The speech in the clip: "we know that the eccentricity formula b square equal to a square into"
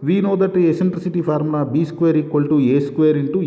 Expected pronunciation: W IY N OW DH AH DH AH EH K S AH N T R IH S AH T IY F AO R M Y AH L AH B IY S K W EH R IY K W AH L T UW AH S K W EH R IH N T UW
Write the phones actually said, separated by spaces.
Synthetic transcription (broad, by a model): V IY N OW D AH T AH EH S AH N T R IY S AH T IY P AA R M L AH B IY S K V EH R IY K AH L T UW AH S K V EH R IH N T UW